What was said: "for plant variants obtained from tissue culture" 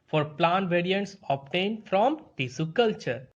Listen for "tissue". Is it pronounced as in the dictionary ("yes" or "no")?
no